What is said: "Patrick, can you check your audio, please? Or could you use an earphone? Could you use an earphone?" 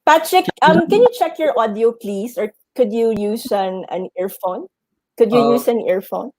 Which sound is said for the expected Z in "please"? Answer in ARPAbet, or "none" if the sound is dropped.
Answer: S